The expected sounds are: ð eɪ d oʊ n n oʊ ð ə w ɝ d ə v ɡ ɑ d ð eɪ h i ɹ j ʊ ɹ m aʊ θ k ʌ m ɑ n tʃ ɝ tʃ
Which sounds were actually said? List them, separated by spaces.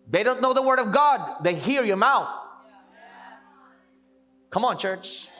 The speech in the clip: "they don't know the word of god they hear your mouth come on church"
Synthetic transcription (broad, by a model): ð eɪ d oʊ n n oʊ ð ə w ɝ d ə v ɡ ɑ d ð eɪ h i ɹ j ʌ ɹ m aʊ θ k ʌ m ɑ n tʃ ɝ tʃ